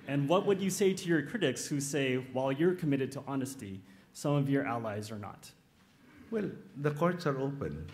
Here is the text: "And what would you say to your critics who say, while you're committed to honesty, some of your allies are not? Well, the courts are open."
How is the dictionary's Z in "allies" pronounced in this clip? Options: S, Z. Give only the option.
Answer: Z